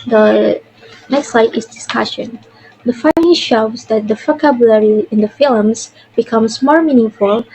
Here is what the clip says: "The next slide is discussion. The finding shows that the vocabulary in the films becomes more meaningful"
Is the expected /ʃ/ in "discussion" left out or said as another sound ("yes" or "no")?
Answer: no